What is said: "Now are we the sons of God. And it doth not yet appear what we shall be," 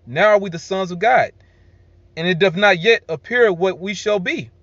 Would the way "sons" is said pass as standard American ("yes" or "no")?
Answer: yes